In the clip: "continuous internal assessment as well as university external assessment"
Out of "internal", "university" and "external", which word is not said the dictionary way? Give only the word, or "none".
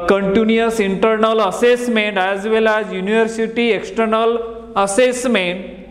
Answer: none